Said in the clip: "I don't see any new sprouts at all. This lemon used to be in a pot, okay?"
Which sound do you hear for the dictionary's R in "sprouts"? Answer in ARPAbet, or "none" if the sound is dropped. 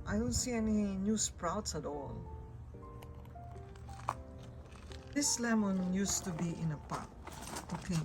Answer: R